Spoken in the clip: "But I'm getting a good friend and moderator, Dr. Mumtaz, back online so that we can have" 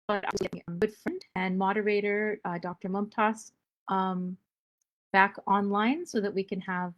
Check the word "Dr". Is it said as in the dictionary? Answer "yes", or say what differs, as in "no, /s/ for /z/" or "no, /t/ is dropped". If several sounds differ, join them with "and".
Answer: yes